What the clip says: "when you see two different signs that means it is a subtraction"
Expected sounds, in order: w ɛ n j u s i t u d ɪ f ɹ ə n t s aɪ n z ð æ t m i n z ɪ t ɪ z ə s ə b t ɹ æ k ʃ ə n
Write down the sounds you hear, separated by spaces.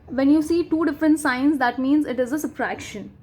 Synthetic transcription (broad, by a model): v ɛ n j u s i t u d ɪ f ɹ ə n t s aɪ n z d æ t m i n z ɪ t ɪ z ə s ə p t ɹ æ k ʃ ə n